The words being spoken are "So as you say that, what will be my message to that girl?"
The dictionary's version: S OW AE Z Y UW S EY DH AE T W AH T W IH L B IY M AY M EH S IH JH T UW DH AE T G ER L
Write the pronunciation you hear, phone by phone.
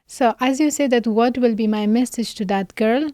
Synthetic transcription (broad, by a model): S OW AE Z Y UW S EY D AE T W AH T W IH L B IY M AY M EH S IH JH T UW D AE T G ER L